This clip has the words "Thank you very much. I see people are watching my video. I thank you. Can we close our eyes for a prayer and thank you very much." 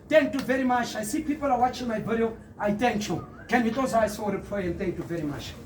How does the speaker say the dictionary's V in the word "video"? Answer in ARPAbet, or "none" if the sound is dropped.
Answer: B